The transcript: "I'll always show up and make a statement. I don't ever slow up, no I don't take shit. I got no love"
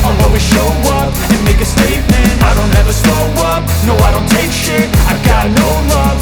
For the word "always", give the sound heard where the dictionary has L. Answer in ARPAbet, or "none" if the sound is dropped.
none